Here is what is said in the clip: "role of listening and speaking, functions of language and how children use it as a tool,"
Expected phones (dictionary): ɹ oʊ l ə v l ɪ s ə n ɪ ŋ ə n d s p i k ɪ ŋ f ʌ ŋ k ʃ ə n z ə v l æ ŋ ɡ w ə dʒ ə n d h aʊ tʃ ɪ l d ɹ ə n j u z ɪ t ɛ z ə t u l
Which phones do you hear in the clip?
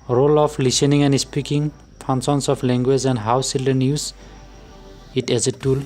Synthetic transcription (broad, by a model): ɹ oʊ l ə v l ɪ s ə n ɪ ŋ ə n d s p i k ɪ ŋ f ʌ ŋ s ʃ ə n s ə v l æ ŋ ɡ w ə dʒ ə n d h aʊ s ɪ l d ə n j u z ɪ t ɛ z ə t u l